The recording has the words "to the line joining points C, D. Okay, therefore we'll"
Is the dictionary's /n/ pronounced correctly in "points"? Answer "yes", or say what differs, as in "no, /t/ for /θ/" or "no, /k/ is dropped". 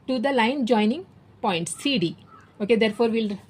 yes